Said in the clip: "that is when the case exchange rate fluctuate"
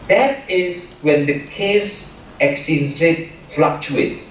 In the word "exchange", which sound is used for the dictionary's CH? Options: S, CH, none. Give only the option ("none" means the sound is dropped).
none